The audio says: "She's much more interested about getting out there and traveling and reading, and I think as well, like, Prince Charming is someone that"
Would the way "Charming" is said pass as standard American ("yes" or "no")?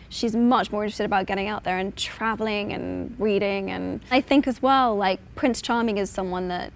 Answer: yes